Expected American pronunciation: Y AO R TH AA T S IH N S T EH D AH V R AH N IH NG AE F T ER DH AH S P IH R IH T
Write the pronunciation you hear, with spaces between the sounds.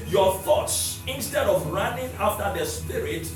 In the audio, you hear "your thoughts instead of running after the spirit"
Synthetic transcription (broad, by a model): Y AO TH AA T S IH N S T EH D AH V R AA N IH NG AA F T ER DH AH S P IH R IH T